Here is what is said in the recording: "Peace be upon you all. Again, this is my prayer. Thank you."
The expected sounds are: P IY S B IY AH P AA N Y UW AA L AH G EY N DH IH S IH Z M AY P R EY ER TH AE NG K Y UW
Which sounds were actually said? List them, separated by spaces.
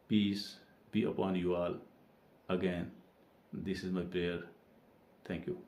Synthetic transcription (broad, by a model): P IY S B IY AH P AA N Y UW AA L AH G EY N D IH S IH Z M AY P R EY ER T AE NG K Y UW